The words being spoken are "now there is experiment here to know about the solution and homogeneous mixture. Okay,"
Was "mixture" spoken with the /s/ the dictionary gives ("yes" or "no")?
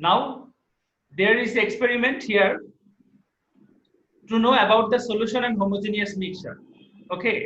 no